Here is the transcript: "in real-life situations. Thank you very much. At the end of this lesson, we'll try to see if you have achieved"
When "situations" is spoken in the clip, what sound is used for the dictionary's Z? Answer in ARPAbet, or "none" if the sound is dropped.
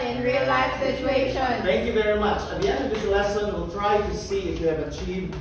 none